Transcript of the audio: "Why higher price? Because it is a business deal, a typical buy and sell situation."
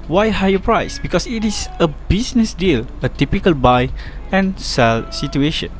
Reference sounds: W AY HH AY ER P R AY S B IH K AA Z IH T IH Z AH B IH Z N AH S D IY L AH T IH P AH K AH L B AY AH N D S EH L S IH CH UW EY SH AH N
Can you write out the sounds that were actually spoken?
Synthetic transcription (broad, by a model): W AY HH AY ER P R AY S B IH K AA S IH T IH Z AH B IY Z N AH S D IY L AH T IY P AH K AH L B AY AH N S EH L S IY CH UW EY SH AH N